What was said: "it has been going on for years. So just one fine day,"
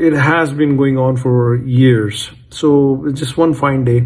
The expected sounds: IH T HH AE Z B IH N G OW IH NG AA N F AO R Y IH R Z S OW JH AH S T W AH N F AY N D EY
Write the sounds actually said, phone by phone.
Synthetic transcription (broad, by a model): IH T HH AE Z B IH N G OW IH NG AA N F AO R Y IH R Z S OW JH AH S T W AH N F AY N D EY